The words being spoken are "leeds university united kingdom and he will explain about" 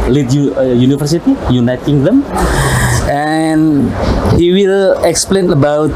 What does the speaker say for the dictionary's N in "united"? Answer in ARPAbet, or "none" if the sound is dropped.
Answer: N